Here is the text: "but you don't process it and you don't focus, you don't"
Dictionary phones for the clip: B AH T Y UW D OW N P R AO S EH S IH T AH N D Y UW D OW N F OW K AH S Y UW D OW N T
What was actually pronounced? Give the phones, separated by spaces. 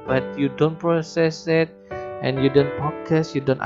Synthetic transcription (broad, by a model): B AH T Y UW D OW N P R AO S EH S IH T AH N Y UW D OW N P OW K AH S Y UW D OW N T